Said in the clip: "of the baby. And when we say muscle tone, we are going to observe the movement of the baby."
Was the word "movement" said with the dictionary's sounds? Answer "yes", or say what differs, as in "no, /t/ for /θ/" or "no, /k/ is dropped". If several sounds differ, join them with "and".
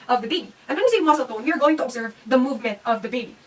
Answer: yes